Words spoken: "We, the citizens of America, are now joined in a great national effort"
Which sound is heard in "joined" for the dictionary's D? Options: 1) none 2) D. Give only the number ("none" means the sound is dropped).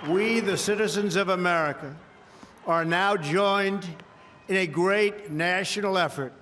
2